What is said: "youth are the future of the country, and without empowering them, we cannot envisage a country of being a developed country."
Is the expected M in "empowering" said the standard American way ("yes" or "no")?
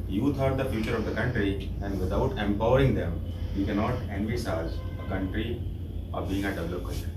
yes